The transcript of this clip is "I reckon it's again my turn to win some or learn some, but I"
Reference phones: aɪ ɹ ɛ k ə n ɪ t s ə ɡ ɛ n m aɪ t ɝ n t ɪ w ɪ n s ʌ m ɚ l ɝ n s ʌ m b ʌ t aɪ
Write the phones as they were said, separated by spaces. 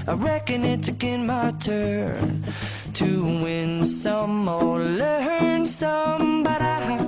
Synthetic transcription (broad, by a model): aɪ ɹ ɛ k ə n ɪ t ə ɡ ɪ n m aɪ t ɝ n t ɪ w ɪ n s ʌ m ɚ l ɝ n s ʌ m b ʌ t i